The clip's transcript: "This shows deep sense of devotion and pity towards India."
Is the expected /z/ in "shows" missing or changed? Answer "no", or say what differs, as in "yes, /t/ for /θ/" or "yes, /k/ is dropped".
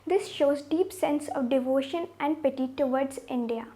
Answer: no